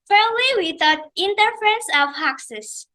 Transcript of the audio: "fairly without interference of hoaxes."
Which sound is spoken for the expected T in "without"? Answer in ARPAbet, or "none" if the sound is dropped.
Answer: none